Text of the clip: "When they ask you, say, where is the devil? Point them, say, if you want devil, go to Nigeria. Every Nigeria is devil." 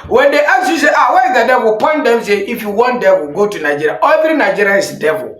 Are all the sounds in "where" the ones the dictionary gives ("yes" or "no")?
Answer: no